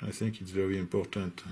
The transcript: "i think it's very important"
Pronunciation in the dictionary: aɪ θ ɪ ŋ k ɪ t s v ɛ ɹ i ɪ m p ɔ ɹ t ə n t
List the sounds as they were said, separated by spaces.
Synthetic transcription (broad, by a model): aɪ θ ɪ ŋ k ɪ t s v ɛ ɹ i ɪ m p ɔ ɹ t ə n t